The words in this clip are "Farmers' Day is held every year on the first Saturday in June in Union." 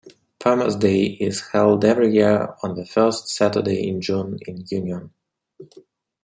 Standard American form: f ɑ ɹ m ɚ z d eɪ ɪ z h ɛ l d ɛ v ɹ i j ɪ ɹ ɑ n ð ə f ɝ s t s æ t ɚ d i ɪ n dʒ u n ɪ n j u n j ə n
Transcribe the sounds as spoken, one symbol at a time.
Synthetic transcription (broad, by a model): p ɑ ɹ m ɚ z d eɪ ɪ z h ɛ l d ɛ v ɹ i j ɪ ɹ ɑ n ð ə f ɝ s t s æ t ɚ d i ɪ n dʒ u n ɪ n j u n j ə n